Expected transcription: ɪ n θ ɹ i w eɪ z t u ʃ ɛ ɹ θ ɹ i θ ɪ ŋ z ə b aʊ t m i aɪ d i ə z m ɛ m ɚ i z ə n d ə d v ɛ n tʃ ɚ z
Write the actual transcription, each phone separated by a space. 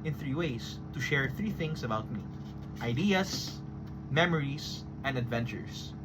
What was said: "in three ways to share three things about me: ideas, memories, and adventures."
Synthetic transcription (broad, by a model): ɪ n θ ɹ i w eɪ s t u ʃ ɛ ɹ θ ɹ i θ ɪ ŋ s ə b aʊ t m i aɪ d i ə s m ɛ m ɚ i s ə n d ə d v ɛ n tʃ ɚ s